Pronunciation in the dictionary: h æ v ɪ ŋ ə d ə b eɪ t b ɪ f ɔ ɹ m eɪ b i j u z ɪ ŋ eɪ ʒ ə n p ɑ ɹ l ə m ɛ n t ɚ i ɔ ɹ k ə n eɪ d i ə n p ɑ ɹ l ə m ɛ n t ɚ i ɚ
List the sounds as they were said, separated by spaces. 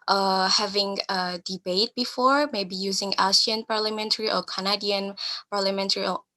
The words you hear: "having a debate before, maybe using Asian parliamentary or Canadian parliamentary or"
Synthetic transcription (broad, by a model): h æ v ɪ ŋ ə d ə b eɪ t b ɪ f ɔ ɹ m eɪ b i j u z ɪ ŋ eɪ s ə n p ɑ ɹ l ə m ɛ n t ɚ i ɔ ɹ k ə n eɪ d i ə n p ɑ ɹ l ə m ɛ n t ɚ i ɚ